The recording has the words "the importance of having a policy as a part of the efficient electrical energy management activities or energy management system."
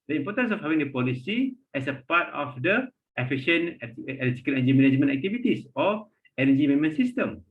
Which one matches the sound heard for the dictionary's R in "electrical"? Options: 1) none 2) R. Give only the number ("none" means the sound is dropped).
1